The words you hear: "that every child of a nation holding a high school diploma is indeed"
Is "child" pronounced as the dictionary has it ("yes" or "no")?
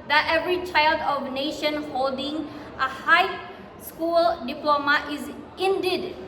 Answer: yes